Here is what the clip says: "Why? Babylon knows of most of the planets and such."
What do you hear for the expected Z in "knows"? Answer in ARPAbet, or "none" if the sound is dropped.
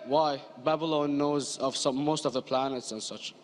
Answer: Z